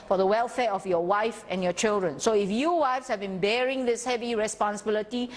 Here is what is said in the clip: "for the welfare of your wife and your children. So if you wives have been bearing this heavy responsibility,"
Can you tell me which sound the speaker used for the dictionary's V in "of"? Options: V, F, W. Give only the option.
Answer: F